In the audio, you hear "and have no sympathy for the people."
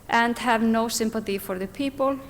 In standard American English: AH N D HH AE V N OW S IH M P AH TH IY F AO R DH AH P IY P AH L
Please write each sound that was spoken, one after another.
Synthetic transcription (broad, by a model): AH N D HH AE V N OW S IH M P AH TH IY F AO R DH AH P IY P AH L